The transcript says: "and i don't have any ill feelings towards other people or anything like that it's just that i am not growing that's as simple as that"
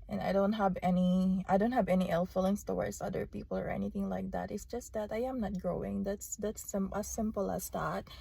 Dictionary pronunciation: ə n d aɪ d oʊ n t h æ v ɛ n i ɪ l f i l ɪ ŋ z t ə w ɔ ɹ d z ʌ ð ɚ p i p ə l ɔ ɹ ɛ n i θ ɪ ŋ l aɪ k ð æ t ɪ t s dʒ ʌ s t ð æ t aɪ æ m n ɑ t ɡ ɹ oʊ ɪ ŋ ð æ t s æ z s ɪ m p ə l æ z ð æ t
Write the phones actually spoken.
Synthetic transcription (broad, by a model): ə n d aɪ d oʊ n t h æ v ɛ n i ɪ l f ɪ l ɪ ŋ s t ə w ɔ ɹ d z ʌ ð ɚ p i p ə l ɔ ɹ ɛ n i θ ɪ ŋ l aɪ k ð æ t ɪ t s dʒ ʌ s t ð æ t aɪ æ m n ɑ t ɡ ɹ oʊ ɪ ŋ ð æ t s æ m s ɪ m p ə l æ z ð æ t